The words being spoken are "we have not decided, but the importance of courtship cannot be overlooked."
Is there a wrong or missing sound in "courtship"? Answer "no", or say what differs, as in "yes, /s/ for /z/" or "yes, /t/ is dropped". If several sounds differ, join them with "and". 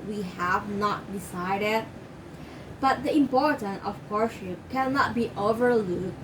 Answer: yes, /s/ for /tʃ/